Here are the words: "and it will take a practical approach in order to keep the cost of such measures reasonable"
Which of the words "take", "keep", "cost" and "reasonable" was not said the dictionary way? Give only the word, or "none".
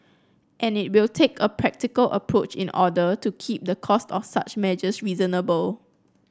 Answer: none